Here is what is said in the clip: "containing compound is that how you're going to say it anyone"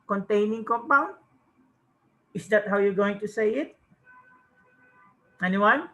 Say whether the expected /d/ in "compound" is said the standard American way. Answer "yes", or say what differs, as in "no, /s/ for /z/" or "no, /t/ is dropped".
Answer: no, /d/ is dropped